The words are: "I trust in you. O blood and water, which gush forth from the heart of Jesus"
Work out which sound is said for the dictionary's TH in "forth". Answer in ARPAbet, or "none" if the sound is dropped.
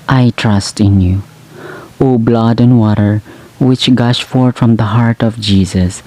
T